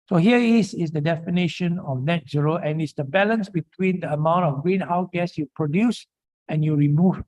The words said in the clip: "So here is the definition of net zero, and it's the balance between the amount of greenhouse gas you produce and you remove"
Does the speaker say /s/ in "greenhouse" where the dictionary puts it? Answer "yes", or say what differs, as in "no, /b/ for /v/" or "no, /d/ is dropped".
no, /s/ is dropped